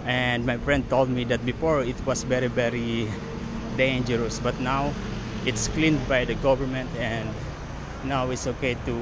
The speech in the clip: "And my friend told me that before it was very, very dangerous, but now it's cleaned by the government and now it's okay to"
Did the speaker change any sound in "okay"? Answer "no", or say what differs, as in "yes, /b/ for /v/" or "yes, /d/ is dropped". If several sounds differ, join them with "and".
no